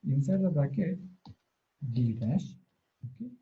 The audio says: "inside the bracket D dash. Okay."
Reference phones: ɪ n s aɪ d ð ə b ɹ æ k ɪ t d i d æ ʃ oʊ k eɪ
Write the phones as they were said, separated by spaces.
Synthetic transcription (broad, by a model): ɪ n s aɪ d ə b æ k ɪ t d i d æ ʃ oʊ k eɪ